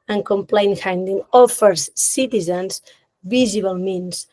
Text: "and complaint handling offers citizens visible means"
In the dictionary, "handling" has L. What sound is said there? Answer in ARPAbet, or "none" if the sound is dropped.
none